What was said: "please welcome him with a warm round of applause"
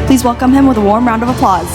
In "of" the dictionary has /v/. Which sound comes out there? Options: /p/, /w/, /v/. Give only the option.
/v/